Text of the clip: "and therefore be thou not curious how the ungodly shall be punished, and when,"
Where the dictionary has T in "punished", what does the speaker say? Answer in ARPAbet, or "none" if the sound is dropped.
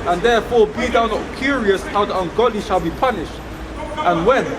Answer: T